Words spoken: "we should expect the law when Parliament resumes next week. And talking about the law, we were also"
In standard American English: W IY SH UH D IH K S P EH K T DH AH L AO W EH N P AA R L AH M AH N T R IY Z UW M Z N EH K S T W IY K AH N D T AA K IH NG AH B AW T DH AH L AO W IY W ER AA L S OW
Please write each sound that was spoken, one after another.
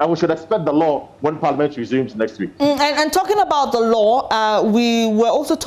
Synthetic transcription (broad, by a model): W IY SH UH D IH K S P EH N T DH AH L AO W EH N P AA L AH M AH N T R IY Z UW M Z N EH K S T W IY K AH N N T AA K IH NG AH B AW T DH AH L AO W IY W ER AA L S OW